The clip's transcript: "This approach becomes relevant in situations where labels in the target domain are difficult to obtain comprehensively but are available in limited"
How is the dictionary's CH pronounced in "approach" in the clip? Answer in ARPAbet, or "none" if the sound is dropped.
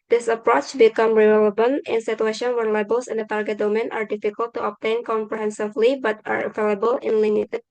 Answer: CH